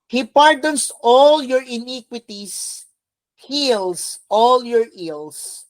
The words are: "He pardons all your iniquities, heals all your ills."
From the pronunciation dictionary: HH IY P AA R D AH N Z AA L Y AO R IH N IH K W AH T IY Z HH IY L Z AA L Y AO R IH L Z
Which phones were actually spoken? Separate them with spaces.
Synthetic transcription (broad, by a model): HH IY P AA R D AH N S AA L Y AO R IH N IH K W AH T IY S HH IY L S AA L Y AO R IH L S